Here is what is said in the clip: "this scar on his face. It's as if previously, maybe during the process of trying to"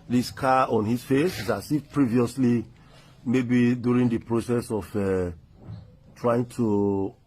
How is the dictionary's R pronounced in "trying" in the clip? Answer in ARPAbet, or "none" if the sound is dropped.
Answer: R